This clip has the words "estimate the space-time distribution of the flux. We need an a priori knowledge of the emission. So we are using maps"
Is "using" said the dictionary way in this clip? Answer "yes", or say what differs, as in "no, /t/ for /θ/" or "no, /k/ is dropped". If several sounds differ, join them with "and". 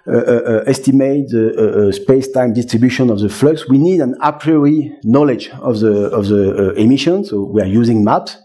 yes